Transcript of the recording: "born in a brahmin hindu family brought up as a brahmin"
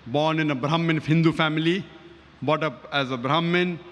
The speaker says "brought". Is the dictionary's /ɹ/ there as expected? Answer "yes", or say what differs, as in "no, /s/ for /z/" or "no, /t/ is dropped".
no, /ɹ/ is dropped